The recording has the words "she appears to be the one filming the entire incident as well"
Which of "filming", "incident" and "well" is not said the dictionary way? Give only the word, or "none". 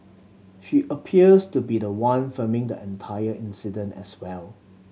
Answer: filming